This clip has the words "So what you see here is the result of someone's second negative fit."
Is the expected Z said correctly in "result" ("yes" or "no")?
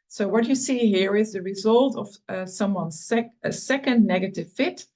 yes